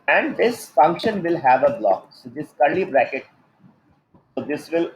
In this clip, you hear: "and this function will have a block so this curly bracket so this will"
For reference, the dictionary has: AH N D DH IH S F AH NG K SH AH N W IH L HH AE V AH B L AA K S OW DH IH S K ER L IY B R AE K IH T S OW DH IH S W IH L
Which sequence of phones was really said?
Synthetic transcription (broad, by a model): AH N D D IH S F AH NG K SH AH N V IH L HH AE V AH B L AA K S OW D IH S K ER L IY B R AE K IH T S OW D IH S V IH L